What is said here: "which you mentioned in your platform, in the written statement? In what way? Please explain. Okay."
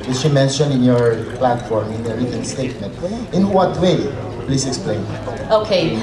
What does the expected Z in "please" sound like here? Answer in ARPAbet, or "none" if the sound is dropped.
S